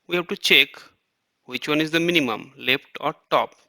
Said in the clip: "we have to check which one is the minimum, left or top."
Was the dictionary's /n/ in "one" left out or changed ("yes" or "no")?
no